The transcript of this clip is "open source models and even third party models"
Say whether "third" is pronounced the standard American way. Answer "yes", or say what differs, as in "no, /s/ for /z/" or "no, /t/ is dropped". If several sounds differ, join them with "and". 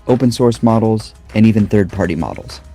yes